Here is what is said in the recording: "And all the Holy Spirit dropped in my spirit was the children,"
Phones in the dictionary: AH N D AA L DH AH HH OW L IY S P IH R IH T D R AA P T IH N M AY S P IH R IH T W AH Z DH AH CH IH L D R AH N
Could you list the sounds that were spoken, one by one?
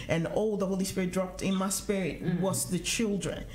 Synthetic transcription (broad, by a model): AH N AA L DH AH HH OW L IY S P IH R IH T D R AA P T IH N M AY S P IH R IH T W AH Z DH AH CH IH L D R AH N